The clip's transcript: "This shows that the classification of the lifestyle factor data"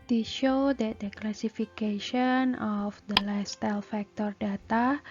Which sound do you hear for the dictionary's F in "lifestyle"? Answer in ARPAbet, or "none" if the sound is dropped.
none